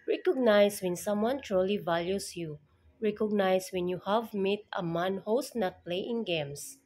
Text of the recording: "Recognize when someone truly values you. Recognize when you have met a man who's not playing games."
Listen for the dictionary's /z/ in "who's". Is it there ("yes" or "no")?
no